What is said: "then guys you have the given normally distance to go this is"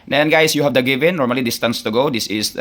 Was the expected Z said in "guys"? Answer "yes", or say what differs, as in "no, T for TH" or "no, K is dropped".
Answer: no, S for Z